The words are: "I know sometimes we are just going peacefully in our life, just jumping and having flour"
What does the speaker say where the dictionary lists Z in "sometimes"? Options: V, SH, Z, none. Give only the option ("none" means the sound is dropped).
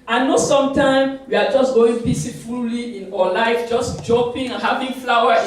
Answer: none